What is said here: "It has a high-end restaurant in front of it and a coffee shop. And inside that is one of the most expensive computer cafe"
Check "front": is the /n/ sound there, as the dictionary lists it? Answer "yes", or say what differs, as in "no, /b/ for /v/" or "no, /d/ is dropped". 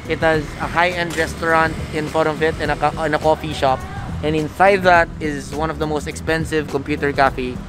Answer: no, /n/ is dropped